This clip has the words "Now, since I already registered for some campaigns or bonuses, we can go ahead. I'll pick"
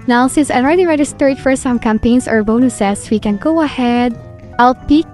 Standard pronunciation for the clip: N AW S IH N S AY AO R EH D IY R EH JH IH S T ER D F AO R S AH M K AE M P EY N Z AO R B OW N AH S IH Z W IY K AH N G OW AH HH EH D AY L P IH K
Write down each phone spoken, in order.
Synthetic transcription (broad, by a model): N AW S IH N S AY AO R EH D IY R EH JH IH S T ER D F AO R S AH M K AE M P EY N S AO R B OW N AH S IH S W IY K AH N G OW AH HH EH D AY L P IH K